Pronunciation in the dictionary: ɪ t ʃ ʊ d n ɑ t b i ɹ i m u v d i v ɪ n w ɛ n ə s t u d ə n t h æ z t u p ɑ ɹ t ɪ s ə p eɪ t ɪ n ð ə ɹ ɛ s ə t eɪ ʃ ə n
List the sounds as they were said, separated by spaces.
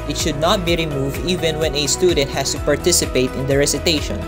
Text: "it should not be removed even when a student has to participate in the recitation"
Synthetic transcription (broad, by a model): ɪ t ʃ ʊ d n ɑ t b i ɹ i m u v d i v ɪ n w ɛ n ə s t u d ə n t h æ s t u p ɑ ɹ t ɪ s ə p eɪ t ɪ n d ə ɹ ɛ s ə t eɪ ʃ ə n